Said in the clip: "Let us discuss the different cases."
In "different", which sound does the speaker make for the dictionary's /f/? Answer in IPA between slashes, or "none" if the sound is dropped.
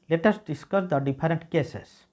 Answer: /p/